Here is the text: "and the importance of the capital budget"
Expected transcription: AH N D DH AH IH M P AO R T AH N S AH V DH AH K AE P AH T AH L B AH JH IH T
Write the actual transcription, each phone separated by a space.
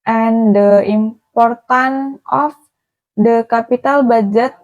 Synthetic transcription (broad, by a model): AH N D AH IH M P AO R T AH N AH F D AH K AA P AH T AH L B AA JH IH T